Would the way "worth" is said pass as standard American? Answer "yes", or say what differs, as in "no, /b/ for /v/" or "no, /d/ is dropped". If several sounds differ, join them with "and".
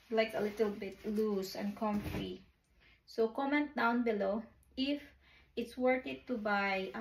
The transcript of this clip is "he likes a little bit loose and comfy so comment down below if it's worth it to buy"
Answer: no, /t/ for /θ/